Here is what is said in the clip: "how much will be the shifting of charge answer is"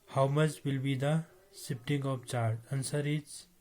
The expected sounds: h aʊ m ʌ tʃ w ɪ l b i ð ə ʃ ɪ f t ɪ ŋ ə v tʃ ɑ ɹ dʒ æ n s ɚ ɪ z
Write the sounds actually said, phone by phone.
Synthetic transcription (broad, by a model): h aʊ m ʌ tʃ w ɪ l b i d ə s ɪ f t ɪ ŋ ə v tʃ ɑ ɹ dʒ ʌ n s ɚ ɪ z